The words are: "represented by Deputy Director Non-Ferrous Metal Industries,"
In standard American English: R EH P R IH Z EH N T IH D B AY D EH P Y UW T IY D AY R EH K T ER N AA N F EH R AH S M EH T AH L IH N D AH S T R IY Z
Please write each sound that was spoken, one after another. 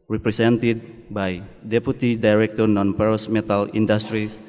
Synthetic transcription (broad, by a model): R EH P R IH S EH N T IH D B AY D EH P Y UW T IY D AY R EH K T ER N AA N P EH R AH S M EH T AH L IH N D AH S T R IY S